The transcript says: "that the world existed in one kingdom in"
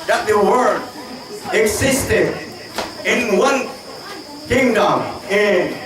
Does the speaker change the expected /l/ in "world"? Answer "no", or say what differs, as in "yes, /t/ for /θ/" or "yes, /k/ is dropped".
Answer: yes, /l/ is dropped